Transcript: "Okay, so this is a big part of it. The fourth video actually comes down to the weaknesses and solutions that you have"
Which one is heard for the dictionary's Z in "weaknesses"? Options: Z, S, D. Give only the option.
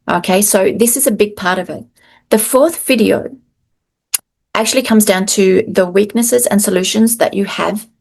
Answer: Z